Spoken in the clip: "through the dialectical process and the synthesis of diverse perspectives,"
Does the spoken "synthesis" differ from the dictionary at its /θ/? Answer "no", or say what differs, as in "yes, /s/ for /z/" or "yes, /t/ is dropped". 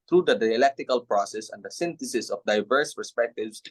yes, /t/ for /θ/